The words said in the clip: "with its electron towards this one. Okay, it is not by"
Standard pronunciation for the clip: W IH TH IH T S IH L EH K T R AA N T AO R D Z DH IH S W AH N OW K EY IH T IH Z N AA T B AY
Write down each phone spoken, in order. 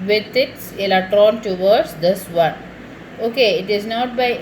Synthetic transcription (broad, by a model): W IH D IH T S IH L EH K T R AA N T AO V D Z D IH S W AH N OW K EY IH T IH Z N AA T B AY